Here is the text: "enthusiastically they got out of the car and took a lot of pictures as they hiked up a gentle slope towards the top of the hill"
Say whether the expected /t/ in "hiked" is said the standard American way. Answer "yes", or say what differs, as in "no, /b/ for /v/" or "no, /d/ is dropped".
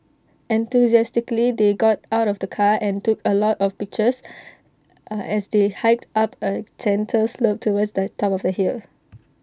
yes